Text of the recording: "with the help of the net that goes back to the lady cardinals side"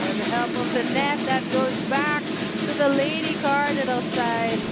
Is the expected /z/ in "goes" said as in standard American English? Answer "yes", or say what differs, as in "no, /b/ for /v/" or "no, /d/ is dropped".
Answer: yes